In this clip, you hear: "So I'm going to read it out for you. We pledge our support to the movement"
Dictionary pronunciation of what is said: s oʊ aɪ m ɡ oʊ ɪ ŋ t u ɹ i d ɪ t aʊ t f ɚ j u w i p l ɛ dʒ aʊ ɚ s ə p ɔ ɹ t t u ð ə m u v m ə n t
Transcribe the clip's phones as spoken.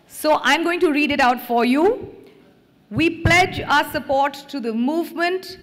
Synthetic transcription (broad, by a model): s oʊ aɪ m ɡ oʊ ɪ ŋ t u ɹ i d ɪ t aʊ t f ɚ j u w i p l ɛ dʒ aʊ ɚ s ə p ɔ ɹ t t u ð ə m u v m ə n t